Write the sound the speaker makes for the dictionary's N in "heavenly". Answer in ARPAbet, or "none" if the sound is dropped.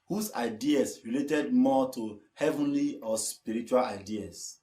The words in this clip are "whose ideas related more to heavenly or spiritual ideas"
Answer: N